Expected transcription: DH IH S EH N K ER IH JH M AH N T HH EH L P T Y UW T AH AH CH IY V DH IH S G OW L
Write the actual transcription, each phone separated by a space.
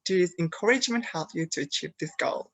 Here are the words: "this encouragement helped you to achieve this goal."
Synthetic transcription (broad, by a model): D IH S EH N K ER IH JH M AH N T HH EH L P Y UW T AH AH CH IY V DH IH S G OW L